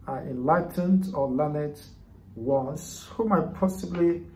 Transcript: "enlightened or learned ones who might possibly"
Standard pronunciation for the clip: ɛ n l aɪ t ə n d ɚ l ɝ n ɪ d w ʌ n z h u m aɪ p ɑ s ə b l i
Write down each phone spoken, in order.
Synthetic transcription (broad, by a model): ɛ n l aɪ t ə n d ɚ l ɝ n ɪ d w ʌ z h u m aɪ p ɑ s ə b l i